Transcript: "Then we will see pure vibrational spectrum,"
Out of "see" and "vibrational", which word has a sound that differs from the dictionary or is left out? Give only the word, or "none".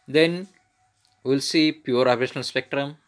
vibrational